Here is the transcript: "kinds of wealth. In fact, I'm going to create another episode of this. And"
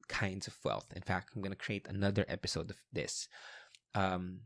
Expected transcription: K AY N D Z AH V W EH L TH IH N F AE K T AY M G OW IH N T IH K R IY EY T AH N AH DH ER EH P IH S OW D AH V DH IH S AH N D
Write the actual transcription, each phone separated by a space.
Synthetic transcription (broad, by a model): K AY N D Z AH V W EH L TH IH N F AE K T AY M G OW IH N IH K R IY EY T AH N AH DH ER EH P IH S OW D AH V DH IH S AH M